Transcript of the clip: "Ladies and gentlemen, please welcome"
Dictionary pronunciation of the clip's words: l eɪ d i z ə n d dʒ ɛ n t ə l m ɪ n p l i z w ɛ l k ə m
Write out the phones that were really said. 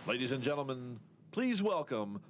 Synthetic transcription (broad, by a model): l eɪ d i z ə n dʒ ɛ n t l m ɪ n p l i z w ɛ l k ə m